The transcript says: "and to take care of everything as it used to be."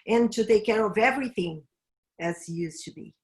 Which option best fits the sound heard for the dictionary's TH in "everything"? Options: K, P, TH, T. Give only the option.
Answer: TH